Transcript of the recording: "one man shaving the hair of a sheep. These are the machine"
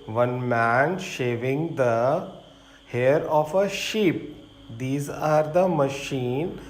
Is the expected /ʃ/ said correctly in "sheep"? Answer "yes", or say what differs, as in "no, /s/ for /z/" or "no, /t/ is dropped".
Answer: yes